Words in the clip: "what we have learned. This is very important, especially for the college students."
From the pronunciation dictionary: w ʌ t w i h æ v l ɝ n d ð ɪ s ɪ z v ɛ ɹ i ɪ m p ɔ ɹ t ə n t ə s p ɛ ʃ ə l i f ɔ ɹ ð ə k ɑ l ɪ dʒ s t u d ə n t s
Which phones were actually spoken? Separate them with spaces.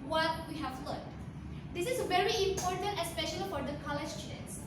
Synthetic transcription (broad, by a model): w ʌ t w i h æ v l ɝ d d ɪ s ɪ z v ɛ ɹ i ɪ m p ɔ ɹ t ə n t ə s p ɛ ʃ ə l i f ɔ ɹ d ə k ɑ l ɪ dʒ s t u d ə n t s